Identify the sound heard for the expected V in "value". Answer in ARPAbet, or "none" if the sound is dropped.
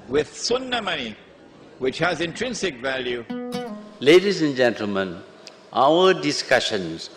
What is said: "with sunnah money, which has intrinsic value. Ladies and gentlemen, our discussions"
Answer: V